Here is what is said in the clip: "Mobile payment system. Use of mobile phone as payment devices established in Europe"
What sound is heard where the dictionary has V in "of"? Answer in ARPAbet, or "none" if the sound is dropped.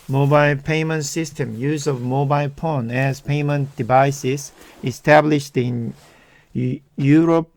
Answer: V